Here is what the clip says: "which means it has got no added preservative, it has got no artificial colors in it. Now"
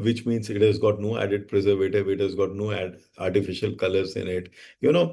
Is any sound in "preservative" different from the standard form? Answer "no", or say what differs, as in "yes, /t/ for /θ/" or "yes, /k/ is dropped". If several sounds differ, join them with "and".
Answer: no